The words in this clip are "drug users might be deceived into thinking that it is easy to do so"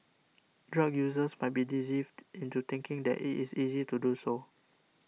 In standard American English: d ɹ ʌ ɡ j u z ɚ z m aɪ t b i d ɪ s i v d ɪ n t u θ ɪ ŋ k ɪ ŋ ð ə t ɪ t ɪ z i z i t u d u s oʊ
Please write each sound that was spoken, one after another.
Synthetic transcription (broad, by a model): d ɹ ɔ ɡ j u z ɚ s m aɪ t b i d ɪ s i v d ɪ n t u t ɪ ŋ k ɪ ŋ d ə t ɪ t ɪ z i z i t u d u s oʊ